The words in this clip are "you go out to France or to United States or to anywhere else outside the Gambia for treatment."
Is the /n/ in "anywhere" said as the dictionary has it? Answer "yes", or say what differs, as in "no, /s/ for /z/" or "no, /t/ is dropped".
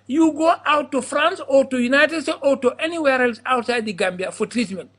yes